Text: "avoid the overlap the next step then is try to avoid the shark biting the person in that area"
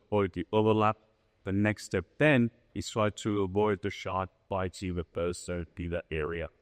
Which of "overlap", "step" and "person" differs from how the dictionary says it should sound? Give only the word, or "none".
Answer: person